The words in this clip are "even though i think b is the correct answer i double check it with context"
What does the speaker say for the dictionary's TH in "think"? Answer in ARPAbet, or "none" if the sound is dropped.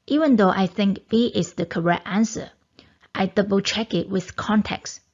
TH